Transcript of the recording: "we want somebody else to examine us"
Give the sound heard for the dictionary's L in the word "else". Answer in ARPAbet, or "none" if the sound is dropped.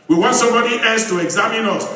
none